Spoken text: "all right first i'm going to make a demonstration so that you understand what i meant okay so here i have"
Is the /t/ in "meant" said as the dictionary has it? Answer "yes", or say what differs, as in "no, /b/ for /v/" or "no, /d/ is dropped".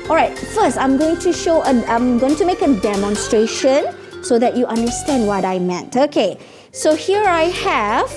yes